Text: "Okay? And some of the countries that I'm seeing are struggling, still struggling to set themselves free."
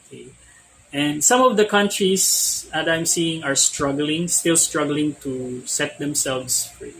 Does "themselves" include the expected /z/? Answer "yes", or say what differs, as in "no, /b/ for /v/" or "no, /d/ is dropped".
no, /s/ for /z/